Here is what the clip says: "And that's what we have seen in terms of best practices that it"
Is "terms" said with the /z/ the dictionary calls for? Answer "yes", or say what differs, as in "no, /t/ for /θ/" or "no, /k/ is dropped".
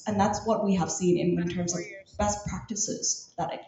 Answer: yes